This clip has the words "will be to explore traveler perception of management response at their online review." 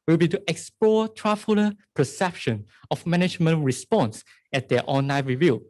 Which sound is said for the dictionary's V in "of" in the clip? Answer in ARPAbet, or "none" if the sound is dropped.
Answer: F